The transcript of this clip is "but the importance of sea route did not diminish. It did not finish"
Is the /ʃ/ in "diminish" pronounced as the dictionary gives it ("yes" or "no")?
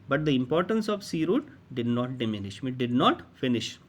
yes